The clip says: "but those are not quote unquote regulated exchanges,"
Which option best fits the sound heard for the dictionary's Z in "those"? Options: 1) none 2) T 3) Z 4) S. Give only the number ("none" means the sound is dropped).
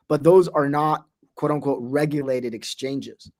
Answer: 3